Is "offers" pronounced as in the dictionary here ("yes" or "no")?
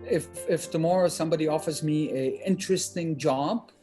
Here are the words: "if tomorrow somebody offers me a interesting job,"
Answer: yes